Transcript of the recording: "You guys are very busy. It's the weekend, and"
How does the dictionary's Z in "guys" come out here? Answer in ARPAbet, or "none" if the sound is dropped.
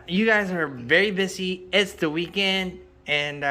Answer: Z